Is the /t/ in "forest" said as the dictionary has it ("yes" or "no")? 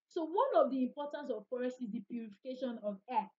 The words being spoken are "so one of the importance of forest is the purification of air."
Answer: no